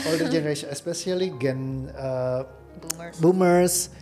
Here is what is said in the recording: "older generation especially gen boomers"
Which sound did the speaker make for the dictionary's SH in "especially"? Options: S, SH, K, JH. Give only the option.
S